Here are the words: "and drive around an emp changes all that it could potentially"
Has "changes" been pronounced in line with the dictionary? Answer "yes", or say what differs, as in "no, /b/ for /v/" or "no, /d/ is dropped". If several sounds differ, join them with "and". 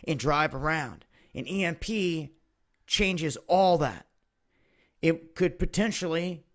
yes